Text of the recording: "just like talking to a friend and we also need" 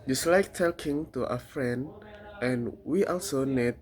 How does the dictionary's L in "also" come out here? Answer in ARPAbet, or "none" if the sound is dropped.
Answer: L